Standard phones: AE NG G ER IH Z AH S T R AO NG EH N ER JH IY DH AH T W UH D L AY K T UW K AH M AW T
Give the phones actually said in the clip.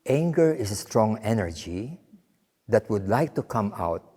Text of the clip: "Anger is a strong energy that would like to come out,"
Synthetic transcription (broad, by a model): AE NG G ER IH S AH S T R AO NG EH N ER JH IY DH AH T W UH D L AY K T UW K AH M AW T